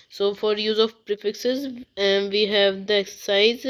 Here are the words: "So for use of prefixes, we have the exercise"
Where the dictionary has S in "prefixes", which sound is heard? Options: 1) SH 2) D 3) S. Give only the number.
3